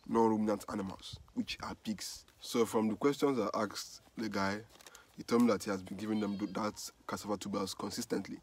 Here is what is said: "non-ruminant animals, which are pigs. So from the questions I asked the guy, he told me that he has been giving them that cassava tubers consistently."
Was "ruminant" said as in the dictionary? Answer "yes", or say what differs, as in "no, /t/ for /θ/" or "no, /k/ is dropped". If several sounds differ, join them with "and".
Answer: yes